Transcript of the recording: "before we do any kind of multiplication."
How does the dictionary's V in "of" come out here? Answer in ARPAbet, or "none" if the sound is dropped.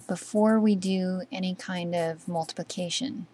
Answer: V